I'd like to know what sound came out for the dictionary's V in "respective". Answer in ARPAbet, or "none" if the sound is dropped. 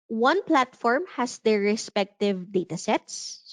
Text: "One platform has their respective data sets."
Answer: V